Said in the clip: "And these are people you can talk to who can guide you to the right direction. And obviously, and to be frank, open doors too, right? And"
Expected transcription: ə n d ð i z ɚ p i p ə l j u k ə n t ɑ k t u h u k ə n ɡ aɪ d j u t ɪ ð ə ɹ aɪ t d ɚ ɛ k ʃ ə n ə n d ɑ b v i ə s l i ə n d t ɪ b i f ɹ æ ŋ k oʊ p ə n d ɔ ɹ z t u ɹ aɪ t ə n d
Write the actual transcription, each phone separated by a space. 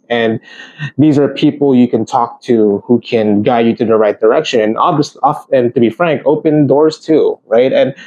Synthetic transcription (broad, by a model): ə n ð i z ɚ p i p l j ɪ k ə n t ɑ k t u h u k ə n ɡ aɪ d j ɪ t ɪ ð ə ɹ aɪ t d ɚ ɛ k ʃ ə n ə n ɑ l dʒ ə s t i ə n t ɪ b i f ɹ æ ŋ k oʊ p ə n d ɔ ɹ z t u ɹ aɪ t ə n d